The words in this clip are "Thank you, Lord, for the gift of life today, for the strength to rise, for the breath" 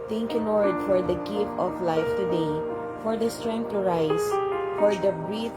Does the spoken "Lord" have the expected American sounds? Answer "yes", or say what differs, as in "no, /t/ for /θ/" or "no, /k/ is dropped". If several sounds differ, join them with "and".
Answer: no, /n/ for /l/